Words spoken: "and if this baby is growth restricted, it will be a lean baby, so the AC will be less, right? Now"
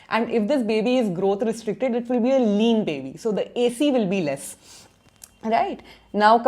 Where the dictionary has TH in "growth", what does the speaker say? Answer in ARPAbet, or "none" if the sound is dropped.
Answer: T